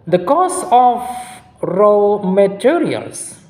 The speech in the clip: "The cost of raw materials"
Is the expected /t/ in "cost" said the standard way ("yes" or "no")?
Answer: no